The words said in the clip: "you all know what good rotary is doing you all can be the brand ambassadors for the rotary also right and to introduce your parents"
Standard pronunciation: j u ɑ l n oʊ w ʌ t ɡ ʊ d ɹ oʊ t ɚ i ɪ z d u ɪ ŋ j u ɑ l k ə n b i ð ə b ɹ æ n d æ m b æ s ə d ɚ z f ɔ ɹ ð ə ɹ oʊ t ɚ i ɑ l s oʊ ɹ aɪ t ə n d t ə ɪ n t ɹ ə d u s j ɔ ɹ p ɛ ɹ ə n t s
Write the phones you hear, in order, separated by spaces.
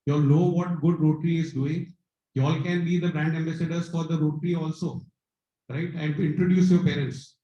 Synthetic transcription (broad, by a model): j ɑ l n oʊ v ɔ t ɡ ʊ d ɹ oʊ t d i ɪ z d u ɪ ŋ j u ɑ l k ə n b i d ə b ɹ æ n d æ m b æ s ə d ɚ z f ɔ ɹ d ə ɹ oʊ t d i ɑ l s oʊ ɹ aɪ t ə n d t ɪ n t ɹ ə d u s j ɔ ɹ p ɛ ɹ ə n t s